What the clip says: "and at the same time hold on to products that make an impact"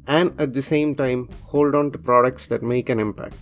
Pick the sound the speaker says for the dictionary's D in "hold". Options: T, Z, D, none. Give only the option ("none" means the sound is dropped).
D